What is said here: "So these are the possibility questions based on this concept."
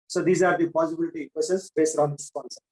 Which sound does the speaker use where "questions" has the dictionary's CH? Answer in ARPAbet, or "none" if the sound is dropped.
none